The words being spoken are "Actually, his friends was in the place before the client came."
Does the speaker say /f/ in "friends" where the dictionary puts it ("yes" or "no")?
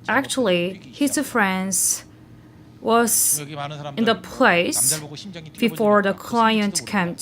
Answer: yes